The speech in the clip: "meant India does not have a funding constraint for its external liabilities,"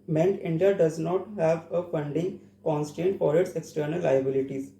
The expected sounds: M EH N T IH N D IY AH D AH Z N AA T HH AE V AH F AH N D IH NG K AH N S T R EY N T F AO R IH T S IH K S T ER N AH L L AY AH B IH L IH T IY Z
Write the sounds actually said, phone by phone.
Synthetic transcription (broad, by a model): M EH N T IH N D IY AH D AH Z N AA T HH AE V AH F AH N D IH NG K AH N S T EY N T F AO R IH T S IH K S T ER N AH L L AY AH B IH L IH T IY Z